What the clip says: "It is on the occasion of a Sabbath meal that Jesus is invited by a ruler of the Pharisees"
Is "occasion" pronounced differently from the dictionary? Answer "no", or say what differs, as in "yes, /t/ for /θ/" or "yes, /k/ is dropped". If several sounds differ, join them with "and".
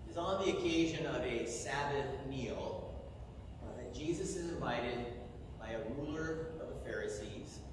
no